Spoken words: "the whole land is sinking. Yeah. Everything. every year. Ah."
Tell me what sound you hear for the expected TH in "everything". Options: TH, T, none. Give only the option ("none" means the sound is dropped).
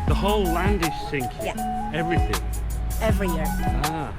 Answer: TH